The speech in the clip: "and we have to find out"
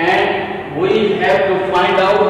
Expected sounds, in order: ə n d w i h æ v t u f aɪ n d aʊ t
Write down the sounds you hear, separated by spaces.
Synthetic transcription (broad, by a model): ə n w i h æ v t u f aɪ n d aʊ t